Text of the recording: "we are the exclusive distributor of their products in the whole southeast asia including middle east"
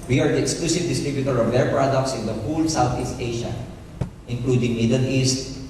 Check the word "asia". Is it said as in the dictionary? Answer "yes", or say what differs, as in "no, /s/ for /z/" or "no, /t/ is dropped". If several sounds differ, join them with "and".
no, /ʃ/ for /ʒ/